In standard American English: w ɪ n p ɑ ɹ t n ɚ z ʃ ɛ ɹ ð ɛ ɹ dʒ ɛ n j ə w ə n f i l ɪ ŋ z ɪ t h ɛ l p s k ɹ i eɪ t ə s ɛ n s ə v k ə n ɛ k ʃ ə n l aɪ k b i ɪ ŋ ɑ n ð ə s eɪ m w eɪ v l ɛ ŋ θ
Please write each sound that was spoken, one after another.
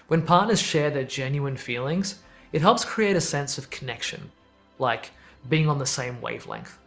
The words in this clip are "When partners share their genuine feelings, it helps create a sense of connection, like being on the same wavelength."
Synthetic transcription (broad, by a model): w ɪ n p ɑ ɹ t n ɚ z ʃ ɛ ɹ ð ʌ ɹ dʒ ɛ n j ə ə n f i l ɪ ŋ z ɪ t h ɛ l p s k ɹ i eɪ t ə s ɛ n s ə v k ə n ɛ k ʃ ə n l aɪ k b i ɪ ŋ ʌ n ð ə s eɪ m w eɪ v l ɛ ŋ θ